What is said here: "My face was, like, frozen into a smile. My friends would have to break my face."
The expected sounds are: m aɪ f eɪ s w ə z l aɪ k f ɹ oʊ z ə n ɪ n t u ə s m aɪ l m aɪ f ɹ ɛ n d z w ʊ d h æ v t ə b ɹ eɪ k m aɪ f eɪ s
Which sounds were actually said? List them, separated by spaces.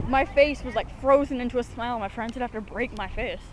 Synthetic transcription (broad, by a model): m aɪ f eɪ s w ə z l aɪ k f ɹ oʊ z ə n ɪ n t u ə s m aɪ l m aɪ f ɹ ɛ n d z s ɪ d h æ f t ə b ɹ eɪ k m aɪ f eɪ s